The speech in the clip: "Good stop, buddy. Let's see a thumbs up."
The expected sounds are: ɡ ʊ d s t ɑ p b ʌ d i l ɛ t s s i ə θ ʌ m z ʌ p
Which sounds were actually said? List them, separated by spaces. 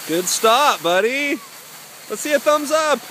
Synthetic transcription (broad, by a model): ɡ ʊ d s t ɑ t b ʌ d i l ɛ t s s i ə θ ʌ m z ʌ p